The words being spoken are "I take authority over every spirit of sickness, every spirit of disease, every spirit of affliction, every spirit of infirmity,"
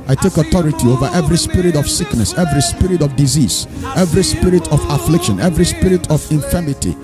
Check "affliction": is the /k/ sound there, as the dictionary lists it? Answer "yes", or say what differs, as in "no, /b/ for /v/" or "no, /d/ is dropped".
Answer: yes